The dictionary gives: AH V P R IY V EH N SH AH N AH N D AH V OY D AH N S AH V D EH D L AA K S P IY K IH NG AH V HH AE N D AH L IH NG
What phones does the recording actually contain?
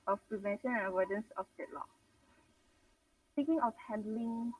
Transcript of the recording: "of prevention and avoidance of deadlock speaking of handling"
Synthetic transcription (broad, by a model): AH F P R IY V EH N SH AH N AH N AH W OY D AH N S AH F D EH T L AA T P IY K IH NG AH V HH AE N D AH L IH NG